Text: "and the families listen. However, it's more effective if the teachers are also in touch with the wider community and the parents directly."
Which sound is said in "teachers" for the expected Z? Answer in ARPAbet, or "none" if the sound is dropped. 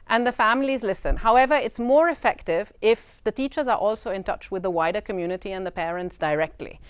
Z